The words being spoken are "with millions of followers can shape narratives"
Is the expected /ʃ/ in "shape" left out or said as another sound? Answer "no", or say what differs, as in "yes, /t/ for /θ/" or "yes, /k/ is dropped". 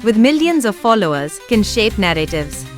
no